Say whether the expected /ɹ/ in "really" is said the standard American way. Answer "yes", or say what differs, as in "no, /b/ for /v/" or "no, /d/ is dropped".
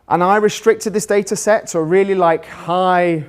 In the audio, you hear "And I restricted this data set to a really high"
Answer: no, /l/ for /ɹ/